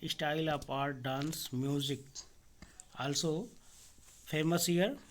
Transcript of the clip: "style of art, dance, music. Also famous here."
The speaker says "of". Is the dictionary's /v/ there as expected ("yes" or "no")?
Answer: no